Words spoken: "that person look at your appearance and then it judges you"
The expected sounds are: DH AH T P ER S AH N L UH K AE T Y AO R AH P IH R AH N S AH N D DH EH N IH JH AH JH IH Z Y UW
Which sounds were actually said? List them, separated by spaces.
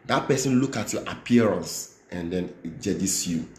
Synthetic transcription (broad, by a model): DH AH T P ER S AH N L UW K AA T Y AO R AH P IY R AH N S AH N D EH N JH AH JH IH S Y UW